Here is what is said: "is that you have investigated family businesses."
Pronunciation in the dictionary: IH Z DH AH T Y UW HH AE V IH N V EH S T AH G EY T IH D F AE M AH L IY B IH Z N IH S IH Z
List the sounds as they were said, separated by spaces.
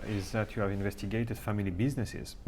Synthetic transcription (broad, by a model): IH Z DH AH T Y UW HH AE V IH N V EH S T AH G EY T IH D F AE M AH L IY B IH Z N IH S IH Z